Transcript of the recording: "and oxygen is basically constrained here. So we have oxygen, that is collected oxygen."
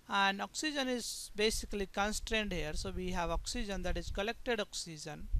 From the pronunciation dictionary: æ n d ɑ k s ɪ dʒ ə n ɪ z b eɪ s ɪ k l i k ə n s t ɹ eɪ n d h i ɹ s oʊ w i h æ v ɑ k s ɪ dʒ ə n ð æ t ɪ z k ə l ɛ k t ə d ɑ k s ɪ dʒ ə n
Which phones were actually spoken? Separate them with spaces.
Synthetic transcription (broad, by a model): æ n d ɑ k s ɪ dʒ ə n ɪ z b eɪ s ɪ k l i k ə n s t ɹ eɪ n d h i ɹ s oʊ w i h æ v ɑ k s ɪ dʒ ə n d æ t ɪ z k ə l ɛ k t ə d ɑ k s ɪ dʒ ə n